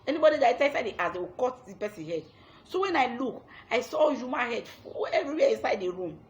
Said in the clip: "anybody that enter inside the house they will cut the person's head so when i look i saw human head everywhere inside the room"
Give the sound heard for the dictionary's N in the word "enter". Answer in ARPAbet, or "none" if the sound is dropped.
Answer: none